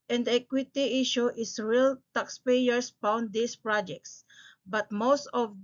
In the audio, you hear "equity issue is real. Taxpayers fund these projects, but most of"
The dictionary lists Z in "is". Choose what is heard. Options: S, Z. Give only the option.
S